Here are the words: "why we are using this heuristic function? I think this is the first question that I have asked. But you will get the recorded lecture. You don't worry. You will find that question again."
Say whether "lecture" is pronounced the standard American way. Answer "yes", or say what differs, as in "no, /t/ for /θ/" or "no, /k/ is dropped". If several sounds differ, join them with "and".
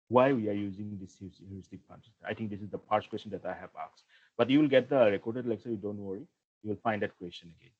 no, /s/ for /tʃ/